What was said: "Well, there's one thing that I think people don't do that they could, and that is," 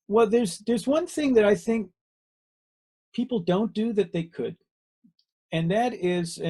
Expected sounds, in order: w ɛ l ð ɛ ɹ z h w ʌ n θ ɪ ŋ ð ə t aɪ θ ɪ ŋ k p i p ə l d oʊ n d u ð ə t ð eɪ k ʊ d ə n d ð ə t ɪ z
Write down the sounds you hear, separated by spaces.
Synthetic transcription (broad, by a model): w ɛ l ð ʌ ɹ z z w ʌ n θ ɪ ŋ ð ə t aɪ θ ɪ ŋ k p i p l d oʊ n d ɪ ð ə t ð eɪ k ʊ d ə n ð ə t ɪ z